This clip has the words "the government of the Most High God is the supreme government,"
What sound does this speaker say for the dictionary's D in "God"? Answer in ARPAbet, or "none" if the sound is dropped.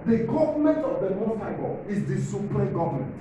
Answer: none